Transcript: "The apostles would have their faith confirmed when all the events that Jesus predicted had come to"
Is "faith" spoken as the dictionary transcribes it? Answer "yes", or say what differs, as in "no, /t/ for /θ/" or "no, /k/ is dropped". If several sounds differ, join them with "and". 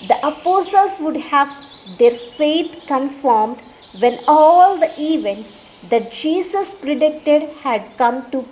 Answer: no, /t/ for /θ/